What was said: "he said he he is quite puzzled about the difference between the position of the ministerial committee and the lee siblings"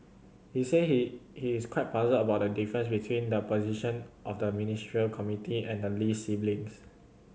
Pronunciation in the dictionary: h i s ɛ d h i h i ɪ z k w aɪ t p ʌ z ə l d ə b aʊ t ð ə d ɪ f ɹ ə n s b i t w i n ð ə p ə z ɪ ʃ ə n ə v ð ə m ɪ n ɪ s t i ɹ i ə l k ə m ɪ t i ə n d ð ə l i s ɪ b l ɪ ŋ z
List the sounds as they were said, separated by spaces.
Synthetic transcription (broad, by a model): h i s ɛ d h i h i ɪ s k w aɪ t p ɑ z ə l ə b aʊ t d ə d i f ɹ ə n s b i t w i n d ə p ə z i ʃ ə n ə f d ə m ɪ n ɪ s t ɹ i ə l k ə m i t i ə n d ə l i s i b l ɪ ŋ s